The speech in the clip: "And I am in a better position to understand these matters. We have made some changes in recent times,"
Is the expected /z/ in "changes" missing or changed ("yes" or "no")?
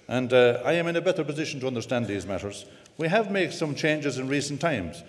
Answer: no